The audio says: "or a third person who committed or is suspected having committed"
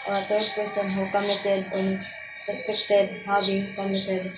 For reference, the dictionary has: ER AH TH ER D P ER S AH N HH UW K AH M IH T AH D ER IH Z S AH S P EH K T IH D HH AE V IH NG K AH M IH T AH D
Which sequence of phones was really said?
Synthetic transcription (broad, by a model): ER AH T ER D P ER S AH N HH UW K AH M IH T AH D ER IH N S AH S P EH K T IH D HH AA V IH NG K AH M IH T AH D